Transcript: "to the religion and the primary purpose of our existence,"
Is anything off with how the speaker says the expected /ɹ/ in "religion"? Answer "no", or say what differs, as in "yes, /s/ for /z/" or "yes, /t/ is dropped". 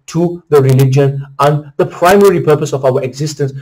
no